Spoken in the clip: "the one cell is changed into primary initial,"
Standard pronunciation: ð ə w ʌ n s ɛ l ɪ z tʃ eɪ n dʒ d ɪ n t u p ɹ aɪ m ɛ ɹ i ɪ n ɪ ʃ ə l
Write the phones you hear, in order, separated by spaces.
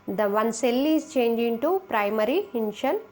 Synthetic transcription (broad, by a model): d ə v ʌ n s ɛ l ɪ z tʃ eɪ n dʒ ɪ n t u p ɹ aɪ m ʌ ɹ i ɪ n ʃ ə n